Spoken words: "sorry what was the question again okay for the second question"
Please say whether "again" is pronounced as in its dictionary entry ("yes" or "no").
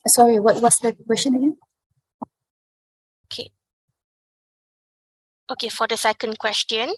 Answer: no